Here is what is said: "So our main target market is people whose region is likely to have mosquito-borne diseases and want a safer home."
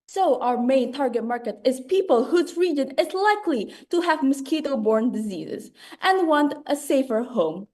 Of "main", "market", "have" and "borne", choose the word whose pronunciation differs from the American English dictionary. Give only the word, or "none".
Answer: none